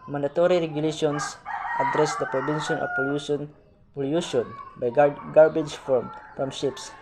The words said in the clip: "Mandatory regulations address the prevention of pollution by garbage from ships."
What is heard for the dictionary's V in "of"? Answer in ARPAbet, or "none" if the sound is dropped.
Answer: P